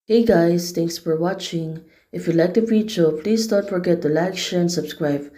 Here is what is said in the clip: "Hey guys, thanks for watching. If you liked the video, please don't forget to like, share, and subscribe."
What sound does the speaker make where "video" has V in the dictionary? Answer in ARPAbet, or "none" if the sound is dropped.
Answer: F